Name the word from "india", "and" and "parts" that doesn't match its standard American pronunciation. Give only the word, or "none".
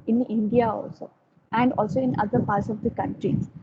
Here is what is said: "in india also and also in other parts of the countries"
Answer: none